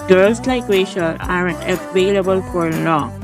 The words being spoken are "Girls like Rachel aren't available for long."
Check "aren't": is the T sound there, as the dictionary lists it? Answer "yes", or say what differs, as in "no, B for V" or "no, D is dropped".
no, T is dropped